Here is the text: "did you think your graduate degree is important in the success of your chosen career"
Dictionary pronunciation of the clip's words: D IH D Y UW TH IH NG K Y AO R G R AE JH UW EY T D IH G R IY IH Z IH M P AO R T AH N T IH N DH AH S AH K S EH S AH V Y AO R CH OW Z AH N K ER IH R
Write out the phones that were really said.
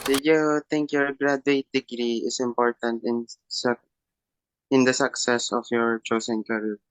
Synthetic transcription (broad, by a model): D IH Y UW T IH NG K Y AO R G R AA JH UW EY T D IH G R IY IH S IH M P AO R T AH N T IH N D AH S AH K S EH S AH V Y AO R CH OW S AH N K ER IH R